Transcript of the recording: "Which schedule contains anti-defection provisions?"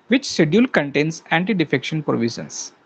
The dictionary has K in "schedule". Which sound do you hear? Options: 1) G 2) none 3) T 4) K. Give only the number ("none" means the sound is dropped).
2